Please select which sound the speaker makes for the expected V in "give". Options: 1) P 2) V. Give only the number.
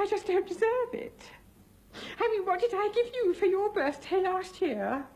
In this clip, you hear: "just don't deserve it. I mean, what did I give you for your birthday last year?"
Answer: 2